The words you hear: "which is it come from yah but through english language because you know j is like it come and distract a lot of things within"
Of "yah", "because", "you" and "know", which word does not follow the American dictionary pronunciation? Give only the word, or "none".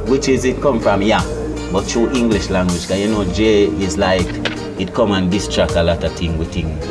because